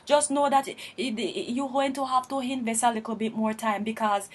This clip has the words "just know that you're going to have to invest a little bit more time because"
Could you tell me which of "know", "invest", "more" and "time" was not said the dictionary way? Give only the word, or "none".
invest